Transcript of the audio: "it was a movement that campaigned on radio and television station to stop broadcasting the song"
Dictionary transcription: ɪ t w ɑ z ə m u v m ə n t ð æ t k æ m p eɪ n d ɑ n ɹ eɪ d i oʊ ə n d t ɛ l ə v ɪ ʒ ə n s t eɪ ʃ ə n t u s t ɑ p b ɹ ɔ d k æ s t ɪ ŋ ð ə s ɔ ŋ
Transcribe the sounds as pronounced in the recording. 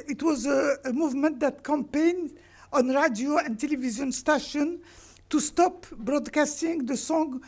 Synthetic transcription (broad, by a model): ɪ t w ɑ z ə m u v m ə n t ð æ t k æ m p eɪ n d ɑ n ɹ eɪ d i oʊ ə n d t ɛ l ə v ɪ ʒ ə n s t eɪ ʃ ə n t u s t ɑ p b ɹ ɔ d k æ s t ɪ ŋ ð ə s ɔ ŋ